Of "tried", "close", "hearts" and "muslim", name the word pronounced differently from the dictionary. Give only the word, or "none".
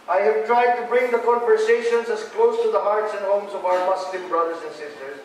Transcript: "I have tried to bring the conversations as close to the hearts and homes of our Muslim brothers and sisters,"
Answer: muslim